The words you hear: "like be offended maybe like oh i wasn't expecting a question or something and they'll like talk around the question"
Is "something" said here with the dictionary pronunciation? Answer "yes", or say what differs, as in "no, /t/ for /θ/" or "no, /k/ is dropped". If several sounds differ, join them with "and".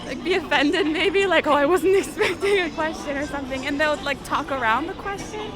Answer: yes